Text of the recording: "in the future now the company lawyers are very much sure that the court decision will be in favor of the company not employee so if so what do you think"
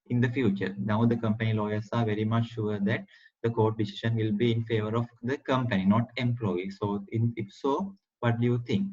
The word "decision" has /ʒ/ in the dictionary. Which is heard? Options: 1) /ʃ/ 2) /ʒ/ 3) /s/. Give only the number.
1